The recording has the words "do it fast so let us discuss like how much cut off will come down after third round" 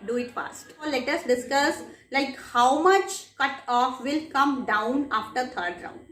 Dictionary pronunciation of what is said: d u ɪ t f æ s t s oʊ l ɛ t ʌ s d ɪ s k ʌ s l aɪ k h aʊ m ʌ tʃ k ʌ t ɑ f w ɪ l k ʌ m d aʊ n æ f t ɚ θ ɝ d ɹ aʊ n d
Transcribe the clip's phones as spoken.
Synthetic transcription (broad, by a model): d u ɪ t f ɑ s t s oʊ l ɛ t ʌ s d ɪ s k ʌ s l aɪ k h aʊ m ʌ tʃ k ʌ t ɑ f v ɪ l k ʌ m d aʊ n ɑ f t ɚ t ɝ d ɹ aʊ n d